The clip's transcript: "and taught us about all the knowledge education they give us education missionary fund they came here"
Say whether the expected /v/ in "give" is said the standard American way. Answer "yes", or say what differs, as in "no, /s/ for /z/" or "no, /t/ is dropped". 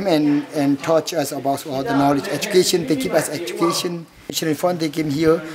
no, /p/ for /v/